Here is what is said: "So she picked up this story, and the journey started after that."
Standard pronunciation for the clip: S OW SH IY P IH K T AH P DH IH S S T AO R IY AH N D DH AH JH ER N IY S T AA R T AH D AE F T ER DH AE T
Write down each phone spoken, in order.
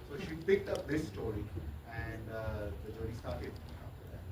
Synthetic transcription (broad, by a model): S OW SH IY P IH K T AH P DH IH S S T AO R IY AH N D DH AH JH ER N IY S T AA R T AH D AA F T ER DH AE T